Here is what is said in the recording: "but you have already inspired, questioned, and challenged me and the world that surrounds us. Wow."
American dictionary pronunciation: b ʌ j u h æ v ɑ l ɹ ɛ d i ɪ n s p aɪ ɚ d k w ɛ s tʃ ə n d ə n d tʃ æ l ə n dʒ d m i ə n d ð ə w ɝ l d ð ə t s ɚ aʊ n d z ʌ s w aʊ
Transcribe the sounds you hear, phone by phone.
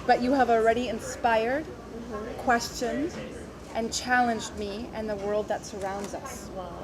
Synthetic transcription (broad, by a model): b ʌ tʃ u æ v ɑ l ɹ ɛ d i ɪ n s p aɪ ɚ d k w ɛ s tʃ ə n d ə n tʃ æ l ə n dʒ d m i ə n ð ə w ɝ l d ð ə t s ɚ aʊ n d z ʌ s